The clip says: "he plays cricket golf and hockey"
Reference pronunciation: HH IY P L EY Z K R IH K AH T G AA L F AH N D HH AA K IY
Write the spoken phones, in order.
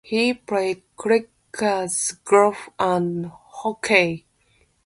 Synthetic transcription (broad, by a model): HH IY P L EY K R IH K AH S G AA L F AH N HH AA K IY